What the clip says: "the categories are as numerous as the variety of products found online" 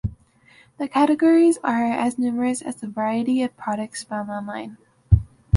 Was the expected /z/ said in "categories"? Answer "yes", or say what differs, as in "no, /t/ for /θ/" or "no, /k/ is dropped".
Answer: yes